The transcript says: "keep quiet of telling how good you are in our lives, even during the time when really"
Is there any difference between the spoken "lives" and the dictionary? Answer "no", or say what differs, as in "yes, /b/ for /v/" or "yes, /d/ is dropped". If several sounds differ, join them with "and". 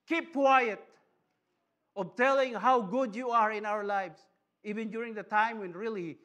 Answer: yes, /s/ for /z/